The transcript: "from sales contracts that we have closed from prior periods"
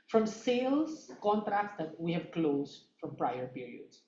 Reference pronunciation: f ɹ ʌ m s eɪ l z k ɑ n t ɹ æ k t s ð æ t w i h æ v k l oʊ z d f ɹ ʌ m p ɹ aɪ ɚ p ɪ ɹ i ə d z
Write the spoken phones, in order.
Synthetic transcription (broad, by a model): f ɹ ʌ m s eɪ l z k ɑ n t ɹ æ k t s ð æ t w i h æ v k l oʊ z d f ɹ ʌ m p ɹ aɪ ɚ p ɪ ɹ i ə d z